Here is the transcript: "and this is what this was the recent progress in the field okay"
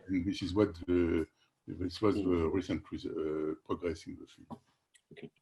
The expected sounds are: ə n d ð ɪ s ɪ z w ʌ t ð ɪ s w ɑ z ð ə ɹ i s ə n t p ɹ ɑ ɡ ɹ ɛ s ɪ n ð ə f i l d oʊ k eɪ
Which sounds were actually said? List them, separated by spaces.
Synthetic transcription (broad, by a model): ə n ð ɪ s ɪ z w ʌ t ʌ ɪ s w ɑ z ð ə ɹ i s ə n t p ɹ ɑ ɡ ɹ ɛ s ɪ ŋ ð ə f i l oʊ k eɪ